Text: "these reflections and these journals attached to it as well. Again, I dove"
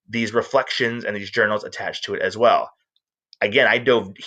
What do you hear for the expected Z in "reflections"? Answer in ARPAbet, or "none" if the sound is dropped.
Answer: Z